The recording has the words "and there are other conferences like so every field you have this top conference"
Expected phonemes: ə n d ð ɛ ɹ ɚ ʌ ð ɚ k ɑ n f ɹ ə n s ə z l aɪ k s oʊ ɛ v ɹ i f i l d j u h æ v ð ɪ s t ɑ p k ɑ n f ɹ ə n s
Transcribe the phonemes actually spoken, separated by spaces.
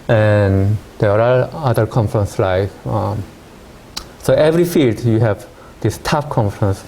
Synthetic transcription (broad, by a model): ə n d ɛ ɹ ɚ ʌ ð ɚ k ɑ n f ɹ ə n s l aɪ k s oʊ ɛ v ɹ i f i l d j u h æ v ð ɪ s t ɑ f k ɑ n f ɹ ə n s